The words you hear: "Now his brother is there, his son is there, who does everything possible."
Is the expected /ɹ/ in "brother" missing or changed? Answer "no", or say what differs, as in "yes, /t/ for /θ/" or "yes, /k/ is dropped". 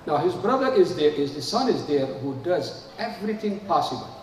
no